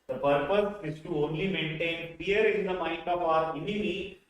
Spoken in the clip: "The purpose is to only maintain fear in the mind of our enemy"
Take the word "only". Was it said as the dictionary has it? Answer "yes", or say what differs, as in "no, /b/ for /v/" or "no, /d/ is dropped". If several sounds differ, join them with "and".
yes